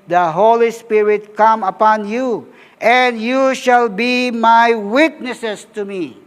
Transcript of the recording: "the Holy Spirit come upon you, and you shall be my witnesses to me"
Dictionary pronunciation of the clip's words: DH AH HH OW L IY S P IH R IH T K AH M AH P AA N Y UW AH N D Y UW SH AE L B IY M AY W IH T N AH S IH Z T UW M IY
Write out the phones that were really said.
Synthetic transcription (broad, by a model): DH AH HH OW L IY S P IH R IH T K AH M AH P AA N Y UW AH N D Y UW SH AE L B IY M AY W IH T N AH S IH S T UW M IY